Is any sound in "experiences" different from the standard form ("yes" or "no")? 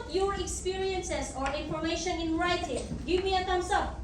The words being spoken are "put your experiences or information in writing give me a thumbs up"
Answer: yes